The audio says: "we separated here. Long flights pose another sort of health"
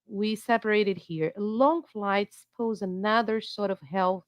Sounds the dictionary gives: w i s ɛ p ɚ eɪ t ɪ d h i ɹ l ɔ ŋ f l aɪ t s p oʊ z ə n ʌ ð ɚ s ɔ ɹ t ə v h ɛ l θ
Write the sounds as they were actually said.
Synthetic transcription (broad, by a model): w i s ɛ p ɚ eɪ t ɪ d h i ɹ l ɔ ŋ f l aɪ t s p oʊ z ə n ʌ ð ɚ s ɔ ɹ t ə v h ɛ l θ